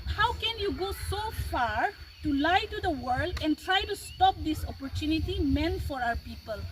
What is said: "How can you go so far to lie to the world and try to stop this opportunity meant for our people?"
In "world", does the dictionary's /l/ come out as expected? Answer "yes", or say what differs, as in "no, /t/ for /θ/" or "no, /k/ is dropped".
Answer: yes